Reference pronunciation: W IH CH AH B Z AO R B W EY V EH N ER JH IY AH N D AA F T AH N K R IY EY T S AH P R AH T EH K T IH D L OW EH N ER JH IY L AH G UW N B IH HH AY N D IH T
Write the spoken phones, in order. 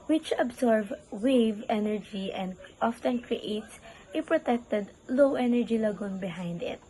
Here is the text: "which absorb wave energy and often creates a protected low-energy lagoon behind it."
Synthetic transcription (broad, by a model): W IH CH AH B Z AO R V W EY V EH N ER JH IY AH N D AA F T AH N K R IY EY T S AH P R AH T EH K T IH D L OW EH N ER JH IY L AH G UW N B IH HH AY N D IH T